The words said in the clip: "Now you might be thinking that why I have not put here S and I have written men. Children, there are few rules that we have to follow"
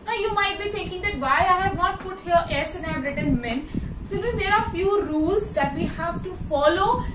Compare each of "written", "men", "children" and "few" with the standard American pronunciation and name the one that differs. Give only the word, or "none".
children